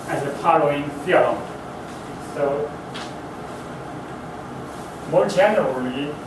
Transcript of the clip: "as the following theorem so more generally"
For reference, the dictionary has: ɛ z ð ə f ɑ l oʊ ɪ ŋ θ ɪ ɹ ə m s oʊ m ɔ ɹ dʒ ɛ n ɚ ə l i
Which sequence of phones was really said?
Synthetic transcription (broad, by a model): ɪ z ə p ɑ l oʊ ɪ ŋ f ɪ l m s oʊ m ɔ ɹ dʒ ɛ n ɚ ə l i